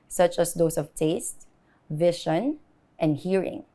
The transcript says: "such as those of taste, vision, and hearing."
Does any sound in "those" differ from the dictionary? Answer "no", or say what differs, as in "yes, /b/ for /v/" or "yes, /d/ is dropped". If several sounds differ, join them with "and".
yes, /s/ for /z/